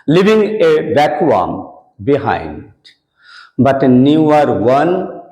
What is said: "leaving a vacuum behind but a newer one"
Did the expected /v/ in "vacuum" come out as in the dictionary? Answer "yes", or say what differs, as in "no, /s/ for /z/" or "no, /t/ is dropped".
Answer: no, /b/ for /v/